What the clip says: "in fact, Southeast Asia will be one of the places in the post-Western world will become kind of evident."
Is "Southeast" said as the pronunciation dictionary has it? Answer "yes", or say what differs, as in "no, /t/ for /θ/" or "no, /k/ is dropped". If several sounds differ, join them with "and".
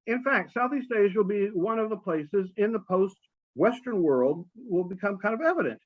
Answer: yes